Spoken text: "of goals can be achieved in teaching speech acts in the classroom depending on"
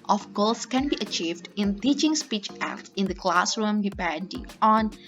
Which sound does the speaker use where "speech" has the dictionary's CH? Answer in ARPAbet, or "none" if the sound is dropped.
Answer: CH